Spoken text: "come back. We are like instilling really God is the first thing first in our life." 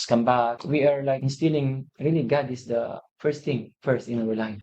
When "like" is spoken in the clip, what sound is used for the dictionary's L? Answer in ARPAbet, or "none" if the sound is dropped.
L